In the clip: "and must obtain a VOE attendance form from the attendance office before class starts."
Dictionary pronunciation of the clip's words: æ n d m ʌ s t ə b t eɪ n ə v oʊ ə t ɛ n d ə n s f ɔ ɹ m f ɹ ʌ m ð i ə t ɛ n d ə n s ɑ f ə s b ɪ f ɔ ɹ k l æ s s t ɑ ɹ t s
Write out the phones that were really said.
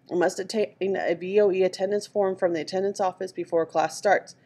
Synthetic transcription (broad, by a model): m ʌ s t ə t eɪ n ə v oʊ ə t ɛ n d ə n s f ɔ ɹ m f ɹ ʌ m ð i ə t ɛ n d ə n s ɑ f ə s b ɪ f ɔ ɹ k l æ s s t ɑ ɹ t s